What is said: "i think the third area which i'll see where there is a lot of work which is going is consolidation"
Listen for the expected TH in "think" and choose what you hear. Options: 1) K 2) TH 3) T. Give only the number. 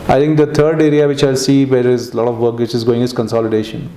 3